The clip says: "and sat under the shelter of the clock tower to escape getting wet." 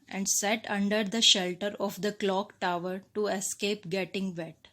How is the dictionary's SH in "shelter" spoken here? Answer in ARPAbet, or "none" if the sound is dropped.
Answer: SH